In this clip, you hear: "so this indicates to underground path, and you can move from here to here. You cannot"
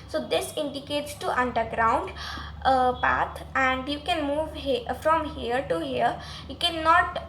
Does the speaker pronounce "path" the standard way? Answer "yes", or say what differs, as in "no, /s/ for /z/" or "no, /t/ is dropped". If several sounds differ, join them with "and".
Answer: no, /t/ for /θ/